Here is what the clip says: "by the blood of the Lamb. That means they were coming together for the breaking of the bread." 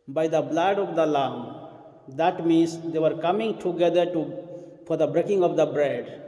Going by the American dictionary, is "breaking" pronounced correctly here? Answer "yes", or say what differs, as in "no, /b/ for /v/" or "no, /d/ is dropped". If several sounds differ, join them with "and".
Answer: yes